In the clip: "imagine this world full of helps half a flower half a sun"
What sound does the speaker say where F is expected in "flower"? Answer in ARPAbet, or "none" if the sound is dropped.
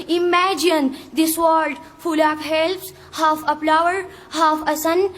P